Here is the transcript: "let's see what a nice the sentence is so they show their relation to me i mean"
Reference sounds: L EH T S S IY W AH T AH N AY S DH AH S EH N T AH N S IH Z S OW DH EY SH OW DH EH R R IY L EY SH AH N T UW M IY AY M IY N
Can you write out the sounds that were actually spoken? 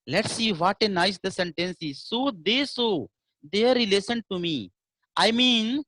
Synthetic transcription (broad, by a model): L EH T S S IY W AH T AH N AY S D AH S EH N T AH N S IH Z S OW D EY S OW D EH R R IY L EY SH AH N T UW M IY AY M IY N